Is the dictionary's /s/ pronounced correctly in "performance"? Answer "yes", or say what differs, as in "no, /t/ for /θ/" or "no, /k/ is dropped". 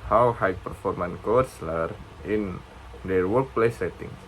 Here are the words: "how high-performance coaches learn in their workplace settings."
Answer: no, /s/ is dropped